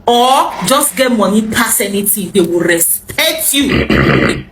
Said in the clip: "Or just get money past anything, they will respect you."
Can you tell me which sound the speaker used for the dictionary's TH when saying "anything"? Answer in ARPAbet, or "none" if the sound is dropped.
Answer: T